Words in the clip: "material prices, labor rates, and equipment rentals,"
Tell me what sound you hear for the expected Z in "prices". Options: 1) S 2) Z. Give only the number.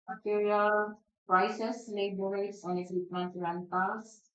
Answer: 1